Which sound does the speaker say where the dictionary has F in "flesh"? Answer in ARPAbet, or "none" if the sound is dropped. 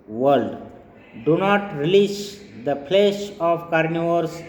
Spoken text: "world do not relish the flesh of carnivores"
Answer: P